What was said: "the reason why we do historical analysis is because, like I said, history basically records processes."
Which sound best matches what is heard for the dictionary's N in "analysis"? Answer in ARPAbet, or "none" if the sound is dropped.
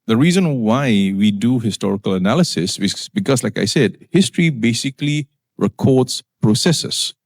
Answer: N